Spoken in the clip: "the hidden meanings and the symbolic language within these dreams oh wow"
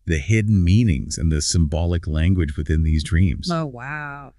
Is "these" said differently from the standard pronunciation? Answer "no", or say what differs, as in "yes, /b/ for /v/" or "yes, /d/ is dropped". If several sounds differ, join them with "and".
no